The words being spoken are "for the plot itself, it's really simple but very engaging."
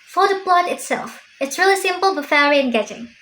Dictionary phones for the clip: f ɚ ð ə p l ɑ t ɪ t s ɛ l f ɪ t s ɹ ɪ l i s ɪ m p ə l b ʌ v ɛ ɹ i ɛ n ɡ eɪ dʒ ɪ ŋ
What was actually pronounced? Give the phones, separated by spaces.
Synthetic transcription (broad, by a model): f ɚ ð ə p l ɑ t ɪ t s ɛ l f ɪ t s ɹ ɪ l i s ɪ m p ə l b ʌ f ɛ ɹ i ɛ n ɡ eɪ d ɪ ŋ